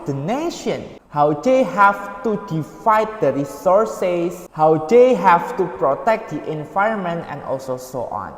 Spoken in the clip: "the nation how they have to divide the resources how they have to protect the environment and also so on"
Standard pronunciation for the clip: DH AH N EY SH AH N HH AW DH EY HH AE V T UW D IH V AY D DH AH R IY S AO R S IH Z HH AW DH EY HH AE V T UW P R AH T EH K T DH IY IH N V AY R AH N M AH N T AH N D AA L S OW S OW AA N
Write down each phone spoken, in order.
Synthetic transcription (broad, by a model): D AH N EY SH AH N HH AW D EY HH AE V T UW D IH F AY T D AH R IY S AO R S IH S HH AW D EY HH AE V T UW P R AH T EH K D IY IH N V AY R AH N M AH N T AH N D AA L S OW S OW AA N